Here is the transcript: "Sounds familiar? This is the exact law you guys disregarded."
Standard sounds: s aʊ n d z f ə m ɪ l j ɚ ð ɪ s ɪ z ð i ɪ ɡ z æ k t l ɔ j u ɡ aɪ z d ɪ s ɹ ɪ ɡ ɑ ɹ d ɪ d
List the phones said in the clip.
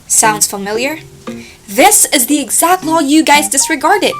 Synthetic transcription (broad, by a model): s aʊ n d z f ə m ɪ l j ɚ ð ɪ s ɪ z ð i ɪ ɡ z æ k t l ɔ j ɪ ɡ aɪ z d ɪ s ɹ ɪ ɡ ɑ ɹ d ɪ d